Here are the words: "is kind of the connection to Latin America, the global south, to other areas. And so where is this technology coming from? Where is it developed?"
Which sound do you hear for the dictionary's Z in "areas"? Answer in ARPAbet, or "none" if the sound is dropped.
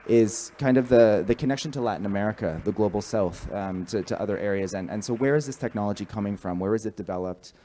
Z